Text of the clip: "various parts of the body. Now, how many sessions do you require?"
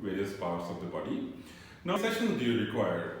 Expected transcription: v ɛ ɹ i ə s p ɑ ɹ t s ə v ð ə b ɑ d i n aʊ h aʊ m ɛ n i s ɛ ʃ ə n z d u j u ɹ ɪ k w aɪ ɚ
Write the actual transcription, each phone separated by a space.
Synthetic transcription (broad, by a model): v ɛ ɹ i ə s p ɑ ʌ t s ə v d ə b ɑ d i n n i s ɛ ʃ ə n d u j u ɹ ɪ k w aɪ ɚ